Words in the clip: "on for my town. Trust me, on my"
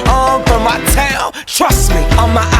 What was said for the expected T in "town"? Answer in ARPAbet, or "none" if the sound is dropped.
T